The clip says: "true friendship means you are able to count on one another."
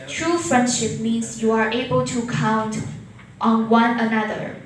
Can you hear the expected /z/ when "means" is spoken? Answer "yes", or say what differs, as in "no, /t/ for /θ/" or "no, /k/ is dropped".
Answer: no, /s/ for /z/